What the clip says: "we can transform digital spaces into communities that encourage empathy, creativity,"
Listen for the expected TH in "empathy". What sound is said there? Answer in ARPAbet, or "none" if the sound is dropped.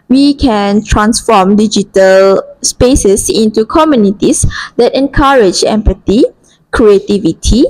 T